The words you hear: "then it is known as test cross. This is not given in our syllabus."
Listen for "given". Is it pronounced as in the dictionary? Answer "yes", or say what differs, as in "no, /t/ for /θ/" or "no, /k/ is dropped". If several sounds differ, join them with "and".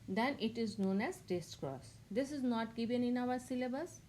yes